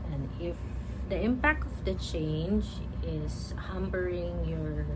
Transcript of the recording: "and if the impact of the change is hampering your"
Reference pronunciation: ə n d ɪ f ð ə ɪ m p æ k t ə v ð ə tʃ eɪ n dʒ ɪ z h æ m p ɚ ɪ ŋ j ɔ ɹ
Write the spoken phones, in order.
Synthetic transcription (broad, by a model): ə n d ɪ f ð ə ɪ m p æ k t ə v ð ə tʃ eɪ n dʒ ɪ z h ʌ m b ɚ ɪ ŋ j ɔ ɹ